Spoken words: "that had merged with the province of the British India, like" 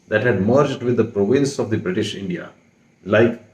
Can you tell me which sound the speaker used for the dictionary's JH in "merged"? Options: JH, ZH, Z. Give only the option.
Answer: JH